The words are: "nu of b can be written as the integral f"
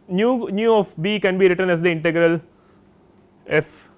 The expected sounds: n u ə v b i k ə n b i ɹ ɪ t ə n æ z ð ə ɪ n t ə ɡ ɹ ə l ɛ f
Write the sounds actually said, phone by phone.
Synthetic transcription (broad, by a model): n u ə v b i k ə n b i ɹ ɪ t ə n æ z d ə ɪ n t ə ɡ ɹ ə l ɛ f